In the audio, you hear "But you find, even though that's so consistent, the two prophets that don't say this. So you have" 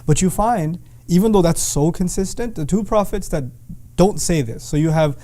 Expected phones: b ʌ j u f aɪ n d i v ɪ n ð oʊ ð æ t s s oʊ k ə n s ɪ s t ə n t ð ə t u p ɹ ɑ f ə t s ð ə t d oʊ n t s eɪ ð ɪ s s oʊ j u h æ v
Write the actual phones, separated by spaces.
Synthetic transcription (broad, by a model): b ʌ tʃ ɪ f aɪ n d i v ɪ n ð oʊ ð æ t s s oʊ k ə n s ɪ s t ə n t ð ə t u p ɹ ɑ f ə t s ð ə t d oʊ n t s eɪ ð ɪ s s oʊ j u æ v